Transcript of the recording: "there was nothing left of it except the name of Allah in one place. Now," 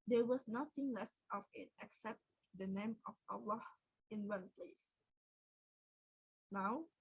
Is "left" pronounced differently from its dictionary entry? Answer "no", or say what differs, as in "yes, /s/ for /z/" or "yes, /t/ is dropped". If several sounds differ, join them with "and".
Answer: no